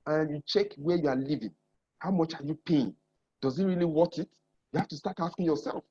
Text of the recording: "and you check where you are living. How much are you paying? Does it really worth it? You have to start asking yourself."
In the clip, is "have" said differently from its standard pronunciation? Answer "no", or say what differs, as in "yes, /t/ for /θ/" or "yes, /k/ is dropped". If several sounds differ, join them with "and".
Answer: yes, /f/ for /v/